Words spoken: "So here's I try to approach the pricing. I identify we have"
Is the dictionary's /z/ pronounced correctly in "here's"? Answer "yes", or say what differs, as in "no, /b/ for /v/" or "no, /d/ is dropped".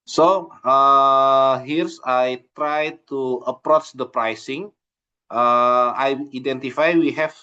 no, /s/ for /z/